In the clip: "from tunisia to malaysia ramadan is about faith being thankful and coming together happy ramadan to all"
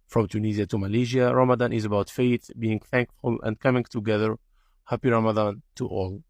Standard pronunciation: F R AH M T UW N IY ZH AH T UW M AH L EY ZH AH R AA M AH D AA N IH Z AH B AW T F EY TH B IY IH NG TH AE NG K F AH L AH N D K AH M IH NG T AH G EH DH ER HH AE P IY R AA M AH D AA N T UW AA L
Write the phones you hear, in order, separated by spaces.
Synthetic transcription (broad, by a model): F R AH M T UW N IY Z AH T UW M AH L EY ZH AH R AA M AH D AA N IH Z AH B AW T F EY TH B IY IH NG TH AE NG K F AH L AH N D K AH M IH NG T AH G EH DH ER HH AE P IY R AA M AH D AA N T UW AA L